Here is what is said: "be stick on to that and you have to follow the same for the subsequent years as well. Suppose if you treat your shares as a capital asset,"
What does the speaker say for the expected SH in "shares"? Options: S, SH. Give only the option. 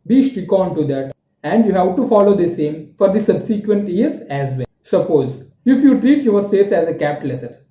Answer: S